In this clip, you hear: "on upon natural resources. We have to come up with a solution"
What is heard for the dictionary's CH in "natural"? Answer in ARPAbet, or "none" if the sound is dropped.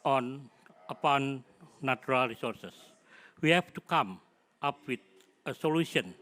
none